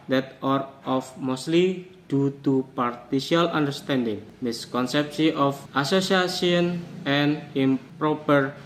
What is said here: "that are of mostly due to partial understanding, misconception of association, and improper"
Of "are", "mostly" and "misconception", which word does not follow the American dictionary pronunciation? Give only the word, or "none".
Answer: misconception